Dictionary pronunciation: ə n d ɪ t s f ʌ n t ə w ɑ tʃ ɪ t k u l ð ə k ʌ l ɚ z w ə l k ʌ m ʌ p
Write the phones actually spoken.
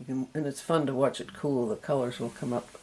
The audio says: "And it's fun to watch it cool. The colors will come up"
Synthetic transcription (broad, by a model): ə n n ɪ t s f ʌ n t ə w ɑ tʃ ɪ t k u l ð ə k ʌ l ɚ z w ə l k ʌ m ʌ p